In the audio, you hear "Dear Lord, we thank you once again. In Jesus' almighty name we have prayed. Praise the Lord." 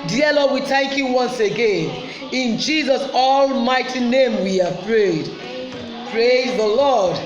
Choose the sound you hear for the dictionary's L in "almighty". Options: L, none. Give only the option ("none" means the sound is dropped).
L